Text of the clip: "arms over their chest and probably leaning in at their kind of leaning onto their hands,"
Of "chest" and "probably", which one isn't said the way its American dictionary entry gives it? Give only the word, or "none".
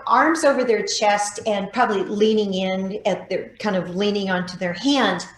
none